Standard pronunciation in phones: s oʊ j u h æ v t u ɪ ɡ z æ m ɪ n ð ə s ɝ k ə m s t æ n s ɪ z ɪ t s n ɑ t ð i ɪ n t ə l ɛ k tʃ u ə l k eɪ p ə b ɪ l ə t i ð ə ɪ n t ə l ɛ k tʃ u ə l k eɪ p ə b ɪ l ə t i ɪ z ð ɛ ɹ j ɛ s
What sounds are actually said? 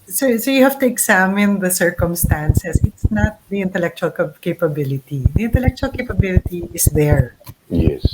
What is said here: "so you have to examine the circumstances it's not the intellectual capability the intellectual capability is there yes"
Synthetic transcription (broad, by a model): s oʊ j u h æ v t u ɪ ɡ s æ m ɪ n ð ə s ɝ k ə m s t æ n s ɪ s ɪ t s n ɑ t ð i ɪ n t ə l ɛ k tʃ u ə l k eɪ p ə b ɪ l ə t i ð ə ɪ n t ə l ɛ k tʃ u ə l k eɪ p ə b ɪ l ə t i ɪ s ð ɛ ɹ j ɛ s